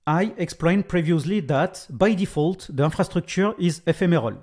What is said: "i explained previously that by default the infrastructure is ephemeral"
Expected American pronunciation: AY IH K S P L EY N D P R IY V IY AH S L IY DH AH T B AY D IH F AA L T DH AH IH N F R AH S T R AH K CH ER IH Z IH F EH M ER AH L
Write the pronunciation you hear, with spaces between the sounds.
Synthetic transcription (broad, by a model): AY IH K S P L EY N P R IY V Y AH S L IY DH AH T B AY D IH F AA L T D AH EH F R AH S T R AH K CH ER IH Z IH F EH M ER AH L